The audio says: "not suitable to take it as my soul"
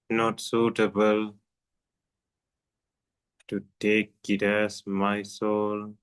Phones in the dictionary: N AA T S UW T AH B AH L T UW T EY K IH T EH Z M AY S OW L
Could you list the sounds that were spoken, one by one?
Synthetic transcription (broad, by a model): N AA T S UW T AH B AH L T UW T EY K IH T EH S M AY S OW L